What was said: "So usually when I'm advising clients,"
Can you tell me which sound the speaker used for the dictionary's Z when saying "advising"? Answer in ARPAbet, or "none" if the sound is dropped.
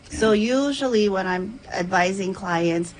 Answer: Z